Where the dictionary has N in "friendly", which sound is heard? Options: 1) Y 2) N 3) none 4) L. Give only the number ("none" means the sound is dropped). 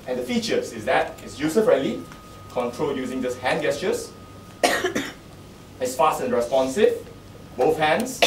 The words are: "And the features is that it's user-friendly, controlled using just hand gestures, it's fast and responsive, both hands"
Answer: 3